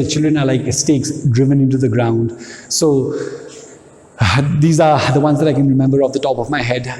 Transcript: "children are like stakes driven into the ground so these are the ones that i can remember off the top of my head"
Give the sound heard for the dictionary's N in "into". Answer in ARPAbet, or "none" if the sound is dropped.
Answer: N